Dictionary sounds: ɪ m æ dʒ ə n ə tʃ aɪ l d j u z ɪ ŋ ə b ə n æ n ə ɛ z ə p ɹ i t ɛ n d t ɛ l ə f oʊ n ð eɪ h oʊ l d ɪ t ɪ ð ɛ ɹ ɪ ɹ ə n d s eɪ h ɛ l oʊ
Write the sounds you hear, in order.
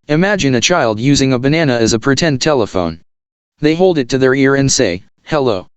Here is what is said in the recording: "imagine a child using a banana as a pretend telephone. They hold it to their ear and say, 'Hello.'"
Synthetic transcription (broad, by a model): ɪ m æ dʒ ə n ə tʃ aɪ l d j u z ɪ ŋ ə b ə n æ n ə z ə p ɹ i t ɛ n t ɛ l ə f oʊ n ð eɪ h oʊ l d ɪ t ɪ ð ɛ ɹ ɪ ɹ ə n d s eɪ h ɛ l oʊ